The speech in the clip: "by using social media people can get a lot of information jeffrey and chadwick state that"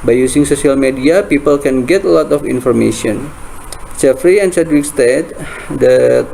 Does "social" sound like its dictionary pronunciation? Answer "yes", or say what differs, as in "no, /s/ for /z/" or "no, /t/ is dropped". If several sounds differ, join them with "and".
no, /s/ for /ʃ/